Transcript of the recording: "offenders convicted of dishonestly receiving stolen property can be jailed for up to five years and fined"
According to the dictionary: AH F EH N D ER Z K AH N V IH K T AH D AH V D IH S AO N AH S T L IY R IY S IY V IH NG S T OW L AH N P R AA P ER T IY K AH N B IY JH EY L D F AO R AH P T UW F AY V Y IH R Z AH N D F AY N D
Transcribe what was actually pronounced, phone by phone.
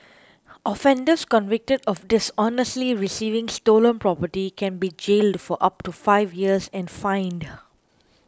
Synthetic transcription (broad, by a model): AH F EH N D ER S K AH N V IH K T AH D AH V D IH S AO N AH S T L IY R IY S IY V IH NG S T OW L AH N P R AA P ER T IY K AH N B IY JH EY L D F AO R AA P T UW F AY V Y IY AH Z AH N F AY N D